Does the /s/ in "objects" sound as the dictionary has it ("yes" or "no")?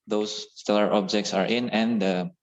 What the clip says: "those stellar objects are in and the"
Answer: yes